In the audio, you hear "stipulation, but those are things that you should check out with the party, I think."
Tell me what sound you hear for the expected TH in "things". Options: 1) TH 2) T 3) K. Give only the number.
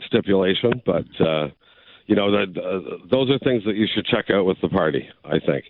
1